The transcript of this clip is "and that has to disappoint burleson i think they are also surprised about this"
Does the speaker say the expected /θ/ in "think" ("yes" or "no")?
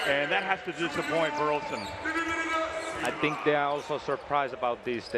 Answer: yes